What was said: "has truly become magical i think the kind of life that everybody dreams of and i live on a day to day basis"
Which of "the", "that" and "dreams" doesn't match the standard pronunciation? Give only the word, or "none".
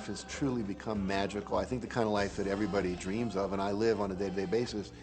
none